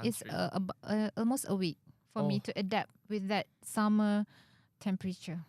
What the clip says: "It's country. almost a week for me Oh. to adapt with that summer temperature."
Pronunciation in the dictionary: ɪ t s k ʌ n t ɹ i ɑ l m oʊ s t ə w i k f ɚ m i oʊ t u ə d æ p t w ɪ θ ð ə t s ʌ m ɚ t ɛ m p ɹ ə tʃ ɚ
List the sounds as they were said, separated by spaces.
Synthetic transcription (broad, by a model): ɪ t s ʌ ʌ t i ɑ l m oʊ s t ə w i k f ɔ m i t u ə d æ p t w ɪ θ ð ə t s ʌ m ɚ t ɛ m p ɹ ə tʃ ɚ